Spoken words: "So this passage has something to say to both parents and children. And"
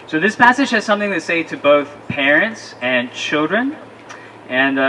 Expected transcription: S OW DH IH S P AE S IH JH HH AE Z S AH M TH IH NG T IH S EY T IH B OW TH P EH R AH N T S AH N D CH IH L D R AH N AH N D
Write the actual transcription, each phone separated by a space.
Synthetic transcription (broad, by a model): S OW DH IH S P AE S IH JH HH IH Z S AH M TH IH NG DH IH S EY T IH B OW TH P EH R AH N T S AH N CH IH L D R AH N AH N